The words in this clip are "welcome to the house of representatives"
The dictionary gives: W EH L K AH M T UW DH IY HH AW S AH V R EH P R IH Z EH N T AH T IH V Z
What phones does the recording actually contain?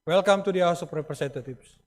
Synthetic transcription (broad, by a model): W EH L K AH M T UW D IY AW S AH P R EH P R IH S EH N T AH T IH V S